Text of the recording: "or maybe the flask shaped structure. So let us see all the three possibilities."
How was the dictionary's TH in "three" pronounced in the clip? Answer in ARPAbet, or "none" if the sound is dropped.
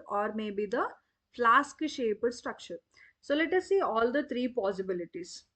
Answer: T